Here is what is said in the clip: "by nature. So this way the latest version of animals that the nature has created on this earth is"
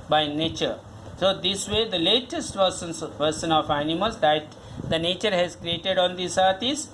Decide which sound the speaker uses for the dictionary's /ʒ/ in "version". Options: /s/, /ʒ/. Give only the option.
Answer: /s/